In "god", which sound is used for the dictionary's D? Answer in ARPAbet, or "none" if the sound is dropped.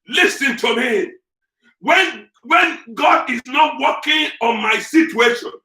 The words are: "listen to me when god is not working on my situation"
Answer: D